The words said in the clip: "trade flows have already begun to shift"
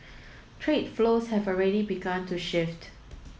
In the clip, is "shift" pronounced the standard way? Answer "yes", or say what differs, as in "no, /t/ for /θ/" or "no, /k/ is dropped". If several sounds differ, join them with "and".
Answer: yes